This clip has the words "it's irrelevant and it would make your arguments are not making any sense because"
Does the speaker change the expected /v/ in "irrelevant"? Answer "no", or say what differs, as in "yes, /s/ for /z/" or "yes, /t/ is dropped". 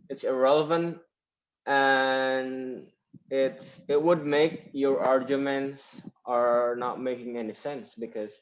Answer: no